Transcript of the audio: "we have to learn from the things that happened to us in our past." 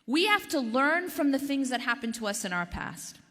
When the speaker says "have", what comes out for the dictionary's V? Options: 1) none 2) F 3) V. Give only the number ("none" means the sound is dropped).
2